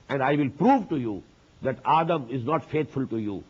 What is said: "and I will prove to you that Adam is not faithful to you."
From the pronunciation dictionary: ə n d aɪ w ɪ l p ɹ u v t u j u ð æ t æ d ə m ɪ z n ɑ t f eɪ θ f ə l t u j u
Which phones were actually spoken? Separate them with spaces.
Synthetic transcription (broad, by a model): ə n d aɪ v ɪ l p ɹ u v t u j u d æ t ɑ d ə m ɪ z n ɑ t f eɪ t f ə l t u j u